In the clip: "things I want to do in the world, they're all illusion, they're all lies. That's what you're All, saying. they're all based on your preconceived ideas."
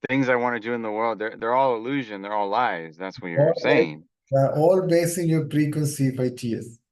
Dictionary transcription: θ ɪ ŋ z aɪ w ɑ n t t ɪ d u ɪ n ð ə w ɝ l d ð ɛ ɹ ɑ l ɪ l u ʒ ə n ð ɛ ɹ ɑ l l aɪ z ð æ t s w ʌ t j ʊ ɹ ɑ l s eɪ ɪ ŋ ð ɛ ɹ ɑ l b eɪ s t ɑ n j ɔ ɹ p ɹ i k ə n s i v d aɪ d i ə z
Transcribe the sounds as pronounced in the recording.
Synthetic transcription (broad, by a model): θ ɪ ŋ z aɪ w ɑ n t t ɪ d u ɪ n ð ə w ɝ l d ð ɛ ɹ ɑ l ɪ l u ʒ ə n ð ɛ ɹ ɑ l l aɪ z ð æ t s w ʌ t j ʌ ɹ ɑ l s eɪ ɪ ŋ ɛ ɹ ɑ l b eɪ s ɪ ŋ j ɔ ɹ p ɹ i k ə n s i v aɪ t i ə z